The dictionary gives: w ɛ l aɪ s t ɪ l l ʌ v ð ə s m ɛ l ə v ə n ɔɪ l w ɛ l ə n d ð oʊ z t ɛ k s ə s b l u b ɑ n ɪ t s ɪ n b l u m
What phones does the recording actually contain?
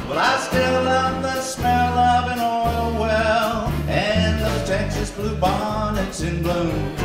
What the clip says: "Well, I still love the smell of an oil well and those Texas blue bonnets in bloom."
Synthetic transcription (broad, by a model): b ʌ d aɪ s t ɪ l l ʌ v ð ə s m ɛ l ə v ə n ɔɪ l w ɛ l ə n ð oʊ z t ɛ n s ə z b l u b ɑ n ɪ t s ɪ n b l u